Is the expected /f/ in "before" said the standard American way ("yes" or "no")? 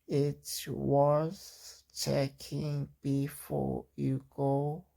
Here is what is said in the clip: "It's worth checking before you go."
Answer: yes